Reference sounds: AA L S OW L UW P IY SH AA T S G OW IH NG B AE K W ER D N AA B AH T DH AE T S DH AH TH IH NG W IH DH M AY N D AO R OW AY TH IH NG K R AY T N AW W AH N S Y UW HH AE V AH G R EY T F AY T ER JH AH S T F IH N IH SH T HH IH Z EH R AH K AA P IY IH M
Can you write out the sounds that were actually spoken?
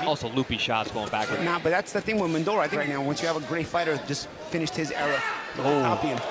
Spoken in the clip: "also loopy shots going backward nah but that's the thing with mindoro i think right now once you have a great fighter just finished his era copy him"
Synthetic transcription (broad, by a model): AA L S OW L UW P IY SH AA T S G OW IH NG B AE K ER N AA B AH T DH AE T S DH AH TH IH NG W IH DH M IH N D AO L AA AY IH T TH R AY T N AW W AH N S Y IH V AH G R EY T F AY T ER JH AH S T F IH N IH SH T HH IH Z EH R AH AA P IY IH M